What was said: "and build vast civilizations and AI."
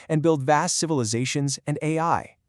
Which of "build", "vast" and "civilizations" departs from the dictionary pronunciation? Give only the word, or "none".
none